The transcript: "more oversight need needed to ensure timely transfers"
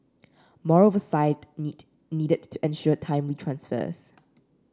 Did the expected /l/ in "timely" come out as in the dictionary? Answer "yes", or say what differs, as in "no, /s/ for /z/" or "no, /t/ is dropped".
no, /w/ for /l/